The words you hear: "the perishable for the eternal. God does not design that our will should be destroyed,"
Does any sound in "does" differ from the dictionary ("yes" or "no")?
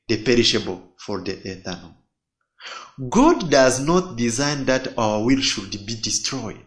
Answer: no